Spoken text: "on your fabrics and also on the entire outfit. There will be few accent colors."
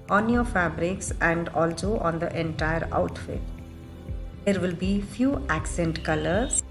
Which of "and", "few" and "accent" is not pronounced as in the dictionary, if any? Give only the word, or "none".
none